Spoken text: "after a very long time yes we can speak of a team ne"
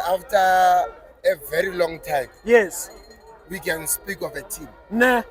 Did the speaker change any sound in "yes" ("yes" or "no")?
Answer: no